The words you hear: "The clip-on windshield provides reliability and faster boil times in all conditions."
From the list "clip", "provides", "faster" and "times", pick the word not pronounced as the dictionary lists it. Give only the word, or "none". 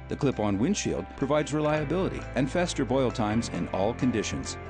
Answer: none